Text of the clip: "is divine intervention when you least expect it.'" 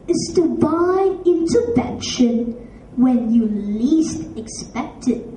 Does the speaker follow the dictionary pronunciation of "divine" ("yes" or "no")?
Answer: no